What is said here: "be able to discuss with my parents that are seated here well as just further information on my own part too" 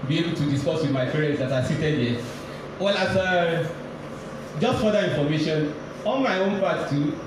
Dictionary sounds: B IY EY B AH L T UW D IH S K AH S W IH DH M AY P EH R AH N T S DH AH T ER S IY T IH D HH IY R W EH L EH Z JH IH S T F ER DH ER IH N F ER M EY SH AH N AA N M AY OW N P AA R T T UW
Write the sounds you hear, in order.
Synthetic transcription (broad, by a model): B IY EY B AH L T UW D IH S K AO S W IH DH M AY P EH R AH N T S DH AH T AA S IY T IH D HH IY W EH L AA S JH IH S T F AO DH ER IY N F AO M EY SH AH N AA N M AY OW N P AA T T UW